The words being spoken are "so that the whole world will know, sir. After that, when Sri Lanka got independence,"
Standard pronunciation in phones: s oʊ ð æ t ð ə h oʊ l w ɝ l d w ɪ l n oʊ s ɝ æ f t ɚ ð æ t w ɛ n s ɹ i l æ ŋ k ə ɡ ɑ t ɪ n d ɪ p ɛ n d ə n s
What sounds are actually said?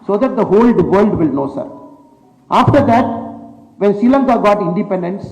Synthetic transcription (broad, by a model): s oʊ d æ t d ə h oʊ l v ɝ l d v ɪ l n oʊ s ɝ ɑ f t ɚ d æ t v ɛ n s i l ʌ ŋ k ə ɡ ɑ t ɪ n d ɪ p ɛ n d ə n s